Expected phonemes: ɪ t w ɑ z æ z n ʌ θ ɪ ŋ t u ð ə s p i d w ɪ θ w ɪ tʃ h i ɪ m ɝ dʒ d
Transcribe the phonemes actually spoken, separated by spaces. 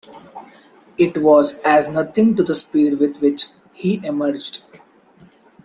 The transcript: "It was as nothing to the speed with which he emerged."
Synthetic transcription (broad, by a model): ɪ t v ɑ z æ z n ʌ t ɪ ŋ t u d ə s p i d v ɪ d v ɪ tʃ h i ɪ m ɝ dʒ d